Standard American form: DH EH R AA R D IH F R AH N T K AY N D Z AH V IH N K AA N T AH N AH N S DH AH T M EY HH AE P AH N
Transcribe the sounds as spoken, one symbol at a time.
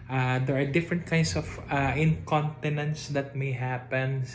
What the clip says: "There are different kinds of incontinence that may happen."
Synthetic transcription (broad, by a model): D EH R AA R D IH F R AH N T K AY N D S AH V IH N K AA N T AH N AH N S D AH T M EY HH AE P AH N